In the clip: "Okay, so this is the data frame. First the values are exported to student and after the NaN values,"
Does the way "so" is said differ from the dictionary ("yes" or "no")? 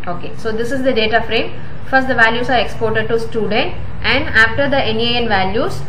no